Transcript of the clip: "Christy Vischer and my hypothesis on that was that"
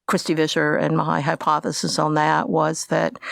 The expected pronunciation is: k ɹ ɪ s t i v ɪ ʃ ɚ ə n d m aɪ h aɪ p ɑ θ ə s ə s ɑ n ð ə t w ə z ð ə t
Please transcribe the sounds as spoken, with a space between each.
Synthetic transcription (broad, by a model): k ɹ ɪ s t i v ɪ ʃ ɚ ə n m aɪ h aɪ p ɑ θ ə s ə s n ð ə t w ə z ð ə t